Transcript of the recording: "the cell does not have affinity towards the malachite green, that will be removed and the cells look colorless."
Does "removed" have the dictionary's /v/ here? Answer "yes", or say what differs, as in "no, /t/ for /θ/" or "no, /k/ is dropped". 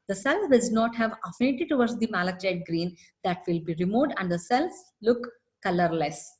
no, /v/ is dropped